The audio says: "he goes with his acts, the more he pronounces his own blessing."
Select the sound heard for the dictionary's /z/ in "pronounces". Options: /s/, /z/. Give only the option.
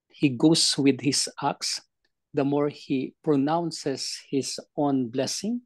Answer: /s/